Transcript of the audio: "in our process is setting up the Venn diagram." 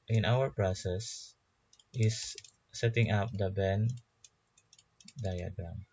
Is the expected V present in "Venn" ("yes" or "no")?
no